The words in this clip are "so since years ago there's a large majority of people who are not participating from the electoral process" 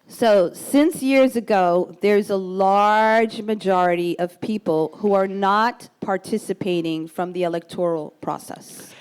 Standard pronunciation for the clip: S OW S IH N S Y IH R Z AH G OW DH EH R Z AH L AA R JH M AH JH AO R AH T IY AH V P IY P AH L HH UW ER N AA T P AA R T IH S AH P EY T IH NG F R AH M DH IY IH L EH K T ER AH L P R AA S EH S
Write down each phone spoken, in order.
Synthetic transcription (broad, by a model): S OW S IH N S Y IH R Z AH G OW DH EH R Z AH L AA R JH M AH JH AO R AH T IY AH V P IY P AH L HH UW ER N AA T P AA R T IH S AH P EY T IH NG F R AH M DH IY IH L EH K T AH L P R AA S EH S